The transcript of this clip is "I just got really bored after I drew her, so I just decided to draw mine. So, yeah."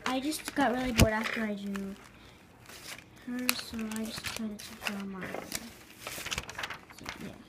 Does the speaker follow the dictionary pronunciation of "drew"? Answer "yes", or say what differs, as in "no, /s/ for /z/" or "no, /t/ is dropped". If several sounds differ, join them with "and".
no, /ɹ/ is dropped